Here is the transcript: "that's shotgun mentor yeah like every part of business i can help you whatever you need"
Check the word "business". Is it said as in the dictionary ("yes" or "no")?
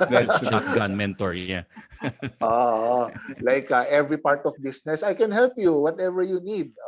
no